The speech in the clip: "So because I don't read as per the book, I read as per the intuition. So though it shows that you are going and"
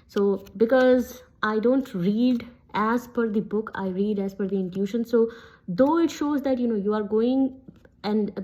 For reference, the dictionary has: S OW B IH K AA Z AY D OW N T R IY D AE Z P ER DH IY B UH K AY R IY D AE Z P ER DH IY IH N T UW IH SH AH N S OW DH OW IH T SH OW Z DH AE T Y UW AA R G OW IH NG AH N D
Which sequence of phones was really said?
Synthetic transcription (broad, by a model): S OW B IH K AA Z AY D OW N T R IY D AE Z F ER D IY B UH K AY R IY D AE Z F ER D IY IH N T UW SH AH N S OW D OW IH T SH OW Z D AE T Y UW AA R G OW IH NG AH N D